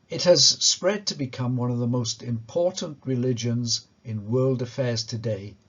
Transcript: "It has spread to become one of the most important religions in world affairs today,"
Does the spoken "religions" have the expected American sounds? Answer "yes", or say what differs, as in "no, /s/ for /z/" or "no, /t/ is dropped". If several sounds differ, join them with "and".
yes